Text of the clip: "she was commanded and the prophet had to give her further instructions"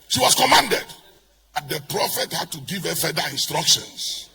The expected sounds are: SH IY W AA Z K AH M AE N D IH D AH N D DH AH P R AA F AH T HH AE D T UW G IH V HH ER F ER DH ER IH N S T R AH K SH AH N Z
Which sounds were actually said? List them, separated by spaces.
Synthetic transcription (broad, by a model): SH IY W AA S K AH M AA N D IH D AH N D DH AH P R AA F AH T HH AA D T UW G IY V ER F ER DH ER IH N S T R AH K SH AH N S